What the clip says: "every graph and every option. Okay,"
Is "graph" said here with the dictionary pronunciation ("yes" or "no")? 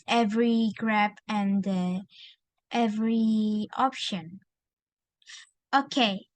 no